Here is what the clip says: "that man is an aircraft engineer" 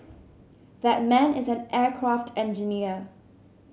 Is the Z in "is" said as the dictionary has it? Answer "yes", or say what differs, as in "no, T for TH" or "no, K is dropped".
yes